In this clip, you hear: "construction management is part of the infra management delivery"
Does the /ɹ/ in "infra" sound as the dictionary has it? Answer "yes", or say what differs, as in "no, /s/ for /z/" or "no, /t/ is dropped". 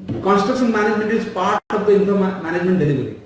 no, /ɹ/ is dropped